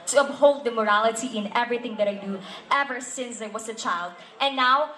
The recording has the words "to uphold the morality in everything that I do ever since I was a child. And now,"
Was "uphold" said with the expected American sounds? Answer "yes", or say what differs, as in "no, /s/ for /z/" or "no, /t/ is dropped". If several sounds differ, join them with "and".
no, /b/ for /p/